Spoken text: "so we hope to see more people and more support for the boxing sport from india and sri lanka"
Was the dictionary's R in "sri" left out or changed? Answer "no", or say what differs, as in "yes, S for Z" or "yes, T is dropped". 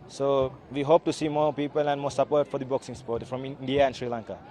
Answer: no